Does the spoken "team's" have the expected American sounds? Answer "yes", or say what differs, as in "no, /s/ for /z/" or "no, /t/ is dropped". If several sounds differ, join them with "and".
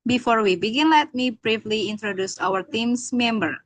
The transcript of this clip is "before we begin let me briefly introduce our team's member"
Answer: no, /s/ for /z/